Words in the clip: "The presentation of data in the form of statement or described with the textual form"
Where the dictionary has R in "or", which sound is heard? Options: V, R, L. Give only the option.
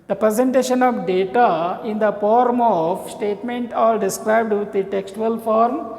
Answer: L